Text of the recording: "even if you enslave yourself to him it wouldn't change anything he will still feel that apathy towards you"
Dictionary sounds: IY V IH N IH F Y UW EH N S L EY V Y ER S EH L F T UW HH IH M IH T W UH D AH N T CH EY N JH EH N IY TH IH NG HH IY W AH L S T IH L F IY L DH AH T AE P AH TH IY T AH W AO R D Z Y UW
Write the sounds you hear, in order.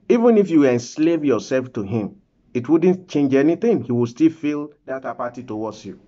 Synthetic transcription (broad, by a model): IY V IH N IH F Y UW EH N S L EY V Y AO S EH L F T UW HH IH M IH T W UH D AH N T CH EY N JH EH N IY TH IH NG HH IY W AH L S T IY L F IY L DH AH T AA P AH T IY T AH W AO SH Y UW